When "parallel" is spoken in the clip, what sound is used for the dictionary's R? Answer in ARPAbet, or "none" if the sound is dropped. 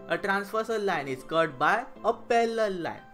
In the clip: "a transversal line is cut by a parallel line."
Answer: L